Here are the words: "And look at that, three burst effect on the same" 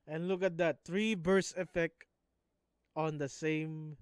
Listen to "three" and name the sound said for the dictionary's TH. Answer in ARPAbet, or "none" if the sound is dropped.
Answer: T